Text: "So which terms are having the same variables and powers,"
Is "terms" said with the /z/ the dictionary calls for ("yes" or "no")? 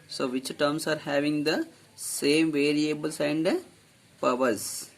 no